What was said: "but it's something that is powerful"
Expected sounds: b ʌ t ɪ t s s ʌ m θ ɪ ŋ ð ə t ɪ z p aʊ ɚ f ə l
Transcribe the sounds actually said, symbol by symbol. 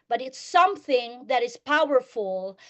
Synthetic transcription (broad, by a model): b ʌ t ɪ t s s ʌ m θ ɪ ŋ ð ə t ɪ z p aʊ ɚ f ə l